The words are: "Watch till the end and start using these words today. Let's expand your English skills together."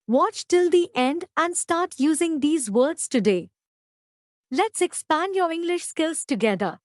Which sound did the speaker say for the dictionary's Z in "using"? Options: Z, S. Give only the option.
Z